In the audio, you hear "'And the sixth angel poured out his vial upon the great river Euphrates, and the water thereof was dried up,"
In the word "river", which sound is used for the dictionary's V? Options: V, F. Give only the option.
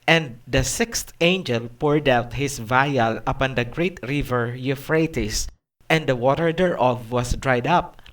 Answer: V